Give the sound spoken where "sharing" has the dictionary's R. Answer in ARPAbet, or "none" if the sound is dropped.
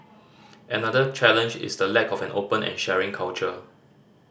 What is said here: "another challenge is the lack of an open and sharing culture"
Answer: R